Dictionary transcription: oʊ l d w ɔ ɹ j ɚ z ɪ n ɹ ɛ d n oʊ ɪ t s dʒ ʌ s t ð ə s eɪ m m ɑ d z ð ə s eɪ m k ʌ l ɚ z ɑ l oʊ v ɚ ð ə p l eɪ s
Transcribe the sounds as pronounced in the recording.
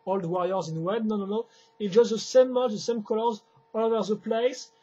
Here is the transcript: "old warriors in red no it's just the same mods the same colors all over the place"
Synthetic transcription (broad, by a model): oʊ l d w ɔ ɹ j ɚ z ɪ n w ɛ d n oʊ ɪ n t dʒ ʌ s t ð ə s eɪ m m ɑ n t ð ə s eɪ m k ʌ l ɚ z ɑ l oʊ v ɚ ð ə p l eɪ s